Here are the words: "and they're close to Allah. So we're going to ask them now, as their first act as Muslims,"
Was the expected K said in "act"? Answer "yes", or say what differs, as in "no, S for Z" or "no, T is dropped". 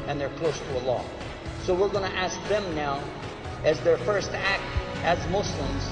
yes